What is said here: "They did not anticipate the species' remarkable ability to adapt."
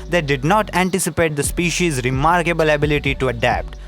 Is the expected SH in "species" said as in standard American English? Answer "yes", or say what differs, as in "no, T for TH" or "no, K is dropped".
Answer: yes